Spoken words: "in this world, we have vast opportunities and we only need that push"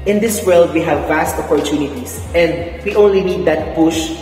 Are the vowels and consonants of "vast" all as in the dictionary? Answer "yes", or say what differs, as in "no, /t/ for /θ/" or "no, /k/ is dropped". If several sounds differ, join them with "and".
yes